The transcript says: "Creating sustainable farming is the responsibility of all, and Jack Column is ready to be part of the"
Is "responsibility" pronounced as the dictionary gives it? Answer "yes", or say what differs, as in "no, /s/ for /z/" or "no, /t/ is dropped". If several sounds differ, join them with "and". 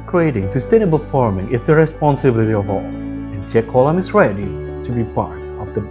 yes